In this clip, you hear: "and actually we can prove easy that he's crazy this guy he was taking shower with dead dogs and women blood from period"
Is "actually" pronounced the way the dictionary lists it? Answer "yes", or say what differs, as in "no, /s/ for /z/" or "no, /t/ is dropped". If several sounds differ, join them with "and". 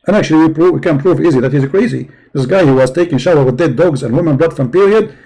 no, /w/ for /l/